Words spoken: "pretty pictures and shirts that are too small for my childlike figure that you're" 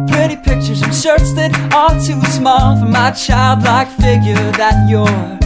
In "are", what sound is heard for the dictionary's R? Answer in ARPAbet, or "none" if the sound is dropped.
L